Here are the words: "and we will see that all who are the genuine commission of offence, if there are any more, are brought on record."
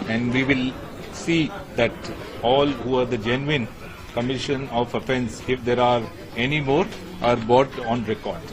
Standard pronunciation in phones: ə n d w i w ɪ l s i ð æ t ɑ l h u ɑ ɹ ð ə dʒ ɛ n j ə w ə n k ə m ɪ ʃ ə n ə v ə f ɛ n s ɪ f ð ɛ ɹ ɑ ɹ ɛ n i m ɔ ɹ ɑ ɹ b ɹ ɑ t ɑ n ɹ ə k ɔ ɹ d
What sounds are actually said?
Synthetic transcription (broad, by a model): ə n d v i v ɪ l s i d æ t ɑ l h u ɑ ɹ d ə dʒ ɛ n j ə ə n k ə m ɪ ʃ ə n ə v ə f ɛ n s ɪ f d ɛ ɹ ɑ ɹ ɛ n i m ɔ ɹ ɑ ɹ b ɑ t ɑ n ɹ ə k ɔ ɹ d